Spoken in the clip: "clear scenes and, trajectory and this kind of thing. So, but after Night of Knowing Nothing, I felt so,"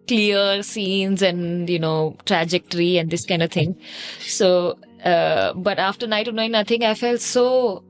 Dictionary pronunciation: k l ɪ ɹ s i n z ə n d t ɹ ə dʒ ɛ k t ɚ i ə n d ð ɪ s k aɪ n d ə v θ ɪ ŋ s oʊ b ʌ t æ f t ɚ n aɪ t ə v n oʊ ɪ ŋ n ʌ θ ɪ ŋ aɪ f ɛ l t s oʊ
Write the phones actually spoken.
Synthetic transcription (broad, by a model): k l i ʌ s i n z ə n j t ɹ ə dʒ ɛ k t ɚ i ə n d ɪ s k aɪ n d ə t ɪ ŋ s oʊ b ʌ t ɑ f t ɚ n aɪ t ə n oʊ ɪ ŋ n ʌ t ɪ ŋ aɪ f ɛ l t s oʊ